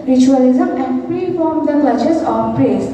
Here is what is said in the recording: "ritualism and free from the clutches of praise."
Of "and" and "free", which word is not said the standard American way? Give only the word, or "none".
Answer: free